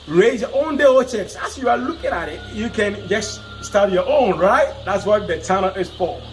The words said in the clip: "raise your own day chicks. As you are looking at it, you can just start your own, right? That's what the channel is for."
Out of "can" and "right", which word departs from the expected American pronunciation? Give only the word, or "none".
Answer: none